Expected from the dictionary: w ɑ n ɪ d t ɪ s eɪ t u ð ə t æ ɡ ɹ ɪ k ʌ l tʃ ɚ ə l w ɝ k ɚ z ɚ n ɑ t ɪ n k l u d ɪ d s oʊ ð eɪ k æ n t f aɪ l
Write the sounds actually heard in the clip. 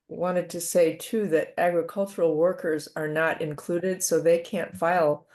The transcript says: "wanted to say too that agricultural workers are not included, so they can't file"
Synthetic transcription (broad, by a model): w ɑ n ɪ d t ɪ s eɪ t u ð ə t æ ɡ ɹ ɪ k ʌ l tʃ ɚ l w ɝ k ɚ z ɚ n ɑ t ɪ n k l u d ɪ d s oʊ ð eɪ k æ n t f aɪ l